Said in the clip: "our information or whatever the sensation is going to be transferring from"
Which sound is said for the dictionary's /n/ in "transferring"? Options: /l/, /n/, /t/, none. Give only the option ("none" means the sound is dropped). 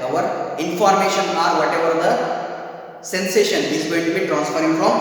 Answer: /n/